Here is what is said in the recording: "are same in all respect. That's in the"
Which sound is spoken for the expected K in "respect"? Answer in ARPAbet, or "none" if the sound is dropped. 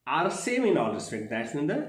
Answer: none